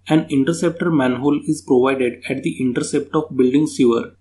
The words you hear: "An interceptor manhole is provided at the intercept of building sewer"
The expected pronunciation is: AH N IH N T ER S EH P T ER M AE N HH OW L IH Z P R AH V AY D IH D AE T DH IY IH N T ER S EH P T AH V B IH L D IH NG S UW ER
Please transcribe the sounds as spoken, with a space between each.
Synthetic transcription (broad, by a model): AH N IH N T ER S EH P T ER M AE N HH OW L IH Z P R AH V AY D IH D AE T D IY IH N T ER S EH P T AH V B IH L D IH NG S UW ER